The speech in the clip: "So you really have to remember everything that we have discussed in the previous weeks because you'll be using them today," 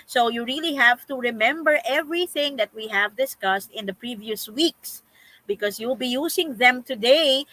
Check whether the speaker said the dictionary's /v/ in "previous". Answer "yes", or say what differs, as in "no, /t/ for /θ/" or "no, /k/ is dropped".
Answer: yes